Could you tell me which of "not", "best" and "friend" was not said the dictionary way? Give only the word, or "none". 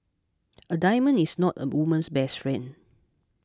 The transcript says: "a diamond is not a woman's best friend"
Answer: friend